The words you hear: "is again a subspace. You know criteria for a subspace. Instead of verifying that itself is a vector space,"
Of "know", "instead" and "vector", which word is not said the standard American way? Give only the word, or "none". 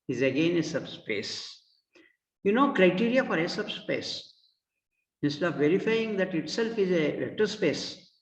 vector